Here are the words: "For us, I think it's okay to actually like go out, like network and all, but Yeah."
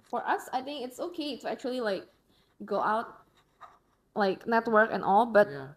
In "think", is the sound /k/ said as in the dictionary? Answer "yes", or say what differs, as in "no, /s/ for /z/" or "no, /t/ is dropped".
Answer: yes